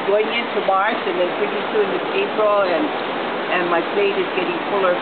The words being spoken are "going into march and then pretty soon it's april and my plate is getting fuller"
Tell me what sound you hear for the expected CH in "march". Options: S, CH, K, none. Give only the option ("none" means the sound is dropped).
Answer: S